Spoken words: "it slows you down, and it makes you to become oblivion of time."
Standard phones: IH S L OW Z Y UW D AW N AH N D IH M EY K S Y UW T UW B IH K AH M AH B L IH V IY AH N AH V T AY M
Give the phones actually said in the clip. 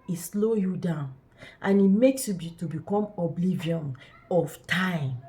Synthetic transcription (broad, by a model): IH S L OW Y UW D AW N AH N IH M EY K S Y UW T UW B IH K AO M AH B L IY V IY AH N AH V T AY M